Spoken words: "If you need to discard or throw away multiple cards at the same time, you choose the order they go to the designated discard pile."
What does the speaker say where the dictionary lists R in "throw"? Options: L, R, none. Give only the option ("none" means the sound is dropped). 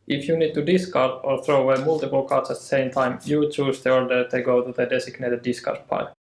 R